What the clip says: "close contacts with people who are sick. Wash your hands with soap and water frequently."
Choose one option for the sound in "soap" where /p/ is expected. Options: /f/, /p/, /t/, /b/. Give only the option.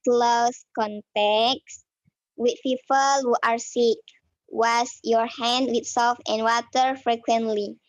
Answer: /f/